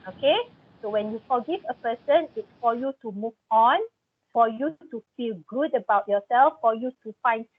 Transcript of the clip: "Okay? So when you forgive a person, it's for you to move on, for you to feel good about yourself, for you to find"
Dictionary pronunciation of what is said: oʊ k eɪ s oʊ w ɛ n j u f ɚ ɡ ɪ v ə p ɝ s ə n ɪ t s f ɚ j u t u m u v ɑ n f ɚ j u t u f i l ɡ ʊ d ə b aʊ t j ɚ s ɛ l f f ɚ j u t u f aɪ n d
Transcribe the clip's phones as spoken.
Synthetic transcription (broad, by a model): oʊ k eɪ s oʊ w ɛ n j u f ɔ ɡ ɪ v ə p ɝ s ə n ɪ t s f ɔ j u t u m u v ɑ n f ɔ j u t u f i l ɡ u d ə b aʊ t j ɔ s ɛ l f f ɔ j u t u f aɪ n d